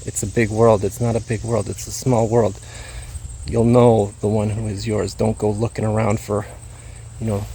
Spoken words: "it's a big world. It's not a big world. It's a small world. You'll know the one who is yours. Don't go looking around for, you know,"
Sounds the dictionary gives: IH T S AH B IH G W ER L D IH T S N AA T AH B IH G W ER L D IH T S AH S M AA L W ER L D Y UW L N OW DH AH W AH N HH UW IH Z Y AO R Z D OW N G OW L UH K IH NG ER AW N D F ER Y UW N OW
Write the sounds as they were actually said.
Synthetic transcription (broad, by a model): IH T S AH B IH G W ER L D IH T S N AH T AH B IH G W ER L D IH T S AH S M AA L W ER L D Y UW L N OW DH AH W AH N HH UW IH Z Y AO R Z D OW N G OW L UH K IH NG ER AW N D F ER Y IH N OW